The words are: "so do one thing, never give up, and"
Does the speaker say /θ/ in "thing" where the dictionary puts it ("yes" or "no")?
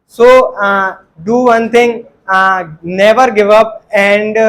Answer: no